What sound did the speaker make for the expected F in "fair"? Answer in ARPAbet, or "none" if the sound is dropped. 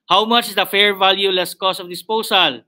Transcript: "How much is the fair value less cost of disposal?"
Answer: F